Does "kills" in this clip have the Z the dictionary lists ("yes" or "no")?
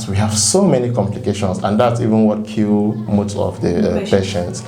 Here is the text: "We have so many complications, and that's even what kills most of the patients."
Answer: no